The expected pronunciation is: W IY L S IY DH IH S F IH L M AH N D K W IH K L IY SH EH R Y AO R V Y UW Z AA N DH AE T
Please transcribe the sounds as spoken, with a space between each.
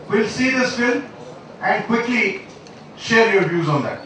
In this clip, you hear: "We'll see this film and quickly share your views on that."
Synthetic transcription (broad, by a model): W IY L S IY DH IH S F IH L AH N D K W IH K L IY SH EH R Y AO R V Y UW Z AA N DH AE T